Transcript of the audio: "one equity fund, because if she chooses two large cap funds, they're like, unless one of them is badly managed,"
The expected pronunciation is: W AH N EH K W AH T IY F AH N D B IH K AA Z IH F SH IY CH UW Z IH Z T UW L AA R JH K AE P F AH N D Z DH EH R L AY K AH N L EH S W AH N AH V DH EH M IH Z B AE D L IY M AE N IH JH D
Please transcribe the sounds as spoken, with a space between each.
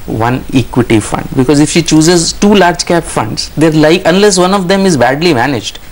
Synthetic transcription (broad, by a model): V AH N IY K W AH T IY F AH N D B IH K AA Z IH F SH IY CH UW Z IH Z T UW L AA R JH K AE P F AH N D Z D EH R L AY K AH N L EH S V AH N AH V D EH M IH Z B AE D L IY M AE N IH JH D